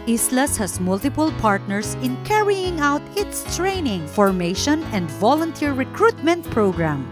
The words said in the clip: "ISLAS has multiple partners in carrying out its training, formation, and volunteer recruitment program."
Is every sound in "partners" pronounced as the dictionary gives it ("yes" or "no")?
no